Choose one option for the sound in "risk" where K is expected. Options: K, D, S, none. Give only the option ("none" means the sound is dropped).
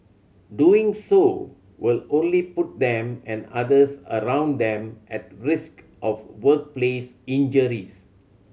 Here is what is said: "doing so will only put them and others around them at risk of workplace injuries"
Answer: K